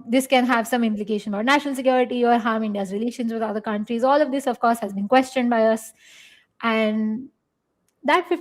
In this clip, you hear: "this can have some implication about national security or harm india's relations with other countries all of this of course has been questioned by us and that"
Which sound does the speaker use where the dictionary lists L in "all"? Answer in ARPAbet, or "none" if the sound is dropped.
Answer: L